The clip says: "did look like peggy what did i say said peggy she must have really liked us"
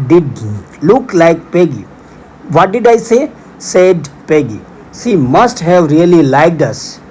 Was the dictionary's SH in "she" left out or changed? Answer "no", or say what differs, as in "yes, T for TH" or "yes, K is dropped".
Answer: yes, S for SH